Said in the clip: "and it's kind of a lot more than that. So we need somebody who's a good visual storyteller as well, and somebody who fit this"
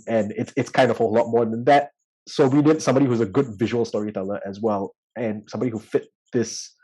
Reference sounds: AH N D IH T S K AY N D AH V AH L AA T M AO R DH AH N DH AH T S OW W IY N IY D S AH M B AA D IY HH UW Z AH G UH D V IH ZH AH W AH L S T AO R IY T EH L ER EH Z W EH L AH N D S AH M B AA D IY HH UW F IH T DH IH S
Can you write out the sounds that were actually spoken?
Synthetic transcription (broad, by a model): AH N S IH T S K AY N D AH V AH L AA T M AO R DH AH N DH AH T S OW W IY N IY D S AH M B AA D IY HH UW Z AH G UH D V IH ZH AH W AH L S T AO R IY T EH L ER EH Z W EH L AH N S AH M B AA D IY HH UW F IH T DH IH S